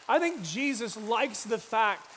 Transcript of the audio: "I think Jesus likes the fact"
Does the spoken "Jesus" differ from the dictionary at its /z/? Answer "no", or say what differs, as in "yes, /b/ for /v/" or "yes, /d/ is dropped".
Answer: no